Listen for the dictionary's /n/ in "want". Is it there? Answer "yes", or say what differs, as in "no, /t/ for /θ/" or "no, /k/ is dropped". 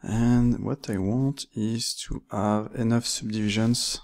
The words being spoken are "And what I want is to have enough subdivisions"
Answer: yes